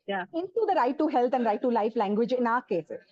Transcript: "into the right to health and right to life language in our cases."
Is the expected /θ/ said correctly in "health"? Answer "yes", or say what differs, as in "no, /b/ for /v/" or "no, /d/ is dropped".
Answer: no, /t/ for /θ/